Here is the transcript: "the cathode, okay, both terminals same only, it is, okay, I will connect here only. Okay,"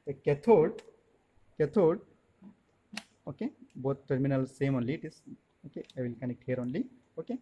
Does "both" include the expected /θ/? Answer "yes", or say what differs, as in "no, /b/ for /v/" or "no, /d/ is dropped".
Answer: no, /t/ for /θ/